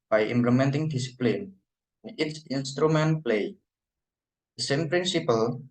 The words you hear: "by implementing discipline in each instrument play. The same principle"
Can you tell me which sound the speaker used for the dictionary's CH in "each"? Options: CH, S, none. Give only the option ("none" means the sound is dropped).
S